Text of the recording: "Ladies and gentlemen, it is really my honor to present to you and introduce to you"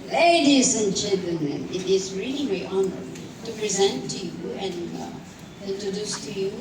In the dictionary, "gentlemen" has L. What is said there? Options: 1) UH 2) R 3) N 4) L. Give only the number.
3